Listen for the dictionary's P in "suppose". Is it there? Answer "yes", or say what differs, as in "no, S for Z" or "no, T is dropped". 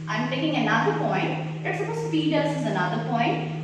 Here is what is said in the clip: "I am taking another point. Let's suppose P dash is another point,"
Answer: no, P is dropped